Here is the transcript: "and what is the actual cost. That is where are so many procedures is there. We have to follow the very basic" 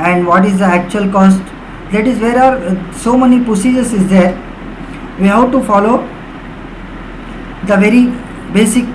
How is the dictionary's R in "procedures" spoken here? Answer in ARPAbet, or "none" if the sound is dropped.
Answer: none